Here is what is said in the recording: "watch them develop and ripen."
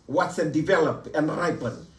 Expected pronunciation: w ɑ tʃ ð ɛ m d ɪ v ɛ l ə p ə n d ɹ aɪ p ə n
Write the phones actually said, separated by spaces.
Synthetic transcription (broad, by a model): w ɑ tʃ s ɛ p d ɪ v ɛ l ə p ə n d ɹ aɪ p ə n